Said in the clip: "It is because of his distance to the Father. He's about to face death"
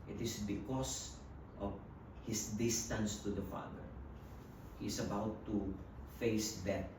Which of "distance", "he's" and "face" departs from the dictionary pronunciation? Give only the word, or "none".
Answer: he's